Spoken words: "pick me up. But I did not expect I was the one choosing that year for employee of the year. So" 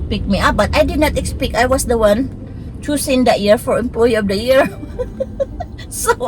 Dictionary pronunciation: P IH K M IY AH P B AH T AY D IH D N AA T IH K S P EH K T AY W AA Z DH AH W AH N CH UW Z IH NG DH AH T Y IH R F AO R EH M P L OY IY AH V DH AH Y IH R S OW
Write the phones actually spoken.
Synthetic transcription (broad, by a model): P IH K M IY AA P B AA T AY D IH D N AA T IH K S P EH K AY W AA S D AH W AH N CH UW S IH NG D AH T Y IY R F AO R EH M P L OY IY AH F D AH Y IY R S OW